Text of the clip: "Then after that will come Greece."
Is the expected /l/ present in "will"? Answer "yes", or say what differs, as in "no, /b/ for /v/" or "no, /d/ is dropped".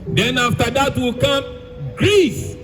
yes